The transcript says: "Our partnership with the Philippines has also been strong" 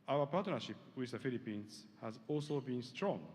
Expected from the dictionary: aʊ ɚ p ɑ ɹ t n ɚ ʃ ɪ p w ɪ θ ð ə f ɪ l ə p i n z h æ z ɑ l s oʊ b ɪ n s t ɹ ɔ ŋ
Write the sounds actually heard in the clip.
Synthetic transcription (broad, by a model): aʊ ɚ p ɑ t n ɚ ʃ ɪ p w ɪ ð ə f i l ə p i n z h æ z ɑ l s oʊ b ɪ n s t ɹ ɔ ŋ